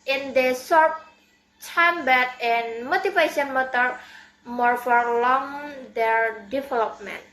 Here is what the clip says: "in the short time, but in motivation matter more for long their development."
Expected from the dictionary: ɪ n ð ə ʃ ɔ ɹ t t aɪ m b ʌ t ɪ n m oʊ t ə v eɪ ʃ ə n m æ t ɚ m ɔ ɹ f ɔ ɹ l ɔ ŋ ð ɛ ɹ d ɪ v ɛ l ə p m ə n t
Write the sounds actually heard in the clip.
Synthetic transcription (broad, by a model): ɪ n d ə s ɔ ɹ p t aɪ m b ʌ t ɪ n m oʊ t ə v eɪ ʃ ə n m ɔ t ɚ m ɔ ɹ f ɔ ɹ l ɔ ŋ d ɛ ɹ d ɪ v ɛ l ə p m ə n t